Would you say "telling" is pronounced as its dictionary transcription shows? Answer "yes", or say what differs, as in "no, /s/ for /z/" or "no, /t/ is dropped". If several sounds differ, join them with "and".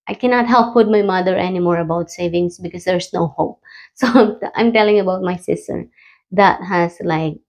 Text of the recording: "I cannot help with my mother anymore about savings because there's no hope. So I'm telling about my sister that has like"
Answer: yes